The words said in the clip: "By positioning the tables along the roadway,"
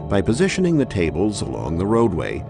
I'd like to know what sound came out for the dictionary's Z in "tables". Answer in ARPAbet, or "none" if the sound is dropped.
Z